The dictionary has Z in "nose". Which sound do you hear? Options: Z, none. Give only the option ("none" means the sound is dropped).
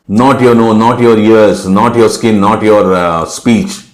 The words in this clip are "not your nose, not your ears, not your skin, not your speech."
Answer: none